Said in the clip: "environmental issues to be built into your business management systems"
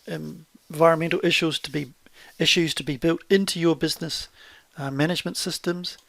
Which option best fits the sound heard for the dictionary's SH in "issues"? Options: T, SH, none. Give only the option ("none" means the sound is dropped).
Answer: SH